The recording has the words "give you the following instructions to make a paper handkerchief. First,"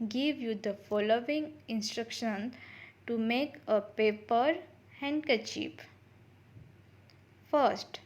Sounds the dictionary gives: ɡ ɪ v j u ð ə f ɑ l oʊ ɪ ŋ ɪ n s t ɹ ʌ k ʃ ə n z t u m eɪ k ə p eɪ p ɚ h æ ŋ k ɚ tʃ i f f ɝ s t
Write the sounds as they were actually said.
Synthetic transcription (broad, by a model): ɡ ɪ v j u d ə f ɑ l oʊ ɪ ŋ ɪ n s t ɹ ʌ k ʃ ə n t u m eɪ k ə p eɪ p ɚ h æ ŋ k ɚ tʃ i p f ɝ s t